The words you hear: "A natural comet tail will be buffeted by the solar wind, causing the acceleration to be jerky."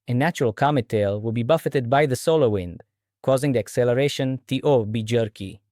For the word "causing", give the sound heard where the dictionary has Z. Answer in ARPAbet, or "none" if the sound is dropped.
Z